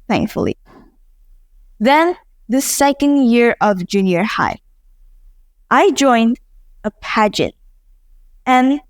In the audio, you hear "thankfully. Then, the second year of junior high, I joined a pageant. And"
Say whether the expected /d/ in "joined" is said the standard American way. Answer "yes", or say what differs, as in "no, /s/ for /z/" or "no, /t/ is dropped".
yes